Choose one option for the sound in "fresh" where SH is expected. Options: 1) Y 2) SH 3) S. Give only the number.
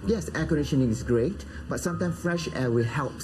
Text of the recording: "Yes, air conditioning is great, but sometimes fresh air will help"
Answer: 2